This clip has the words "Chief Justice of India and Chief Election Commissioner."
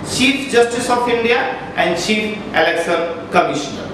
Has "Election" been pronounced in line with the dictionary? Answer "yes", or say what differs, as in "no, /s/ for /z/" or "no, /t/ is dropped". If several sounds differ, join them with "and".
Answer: no, /s/ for /ʃ/